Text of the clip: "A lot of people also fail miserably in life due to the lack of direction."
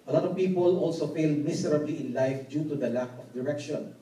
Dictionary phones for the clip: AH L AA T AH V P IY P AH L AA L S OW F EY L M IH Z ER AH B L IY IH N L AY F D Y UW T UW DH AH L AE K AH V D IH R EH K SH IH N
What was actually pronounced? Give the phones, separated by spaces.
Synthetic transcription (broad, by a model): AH L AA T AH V P IY P AH L AA L S OW F EY L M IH S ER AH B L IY IH N L AY F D Y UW T UW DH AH L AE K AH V D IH R EH K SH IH N